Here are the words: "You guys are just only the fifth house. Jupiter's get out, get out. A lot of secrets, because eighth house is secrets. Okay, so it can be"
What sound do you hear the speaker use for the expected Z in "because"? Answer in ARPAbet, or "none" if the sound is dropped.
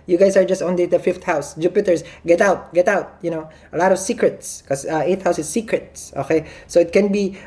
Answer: none